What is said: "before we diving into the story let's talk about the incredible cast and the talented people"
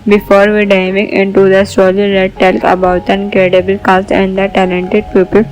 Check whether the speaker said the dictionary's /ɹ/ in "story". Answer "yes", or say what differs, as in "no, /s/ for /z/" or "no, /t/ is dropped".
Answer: no, /l/ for /ɹ/